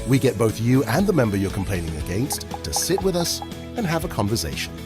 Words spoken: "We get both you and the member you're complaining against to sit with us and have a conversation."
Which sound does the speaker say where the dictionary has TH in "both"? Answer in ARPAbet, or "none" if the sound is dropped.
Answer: TH